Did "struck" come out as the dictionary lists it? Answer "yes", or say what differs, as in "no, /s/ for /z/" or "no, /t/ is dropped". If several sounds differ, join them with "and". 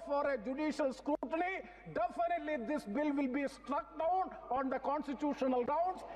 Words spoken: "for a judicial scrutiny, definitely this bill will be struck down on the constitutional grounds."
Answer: yes